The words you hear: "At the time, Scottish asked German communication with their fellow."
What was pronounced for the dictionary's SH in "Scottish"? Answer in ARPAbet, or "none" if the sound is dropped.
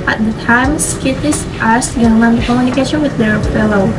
S